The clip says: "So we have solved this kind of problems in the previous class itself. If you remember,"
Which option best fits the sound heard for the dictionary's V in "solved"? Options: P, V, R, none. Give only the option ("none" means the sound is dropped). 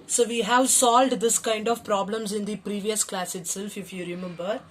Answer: V